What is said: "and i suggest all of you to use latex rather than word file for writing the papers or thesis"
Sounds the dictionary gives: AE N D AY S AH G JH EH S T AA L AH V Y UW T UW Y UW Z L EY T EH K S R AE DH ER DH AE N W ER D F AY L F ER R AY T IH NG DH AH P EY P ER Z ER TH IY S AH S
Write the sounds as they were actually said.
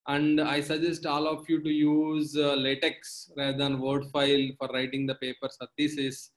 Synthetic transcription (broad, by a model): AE N D AY S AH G JH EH S T AA L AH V Y UW T UW Y UW Z L EY T EH K S R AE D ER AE N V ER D F AY L F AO R AY T IH NG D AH P EY P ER S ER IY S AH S